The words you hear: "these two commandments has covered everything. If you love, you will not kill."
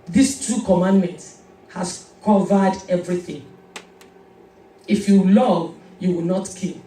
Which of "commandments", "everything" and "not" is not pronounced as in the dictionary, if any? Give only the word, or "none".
commandments